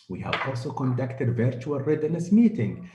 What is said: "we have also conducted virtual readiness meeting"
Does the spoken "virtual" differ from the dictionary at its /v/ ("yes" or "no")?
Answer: no